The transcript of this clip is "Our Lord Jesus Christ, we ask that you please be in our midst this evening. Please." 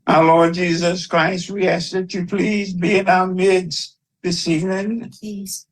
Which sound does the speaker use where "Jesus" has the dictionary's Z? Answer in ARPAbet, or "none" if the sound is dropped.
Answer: Z